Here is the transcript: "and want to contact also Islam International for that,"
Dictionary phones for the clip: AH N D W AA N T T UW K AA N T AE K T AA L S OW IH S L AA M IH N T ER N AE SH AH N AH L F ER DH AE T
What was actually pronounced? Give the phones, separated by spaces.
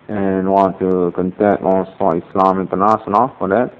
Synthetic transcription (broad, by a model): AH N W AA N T T UW K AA N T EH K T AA S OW IH S L AA M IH N T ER N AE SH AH N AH L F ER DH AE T